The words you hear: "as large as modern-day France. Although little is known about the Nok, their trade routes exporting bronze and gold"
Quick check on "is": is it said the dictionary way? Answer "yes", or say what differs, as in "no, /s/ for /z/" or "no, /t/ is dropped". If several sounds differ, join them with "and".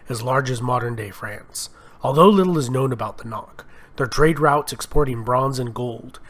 yes